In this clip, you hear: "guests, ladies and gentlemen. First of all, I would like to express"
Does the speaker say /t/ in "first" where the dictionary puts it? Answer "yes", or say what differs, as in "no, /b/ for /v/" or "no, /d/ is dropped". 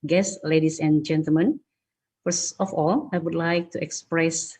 no, /t/ is dropped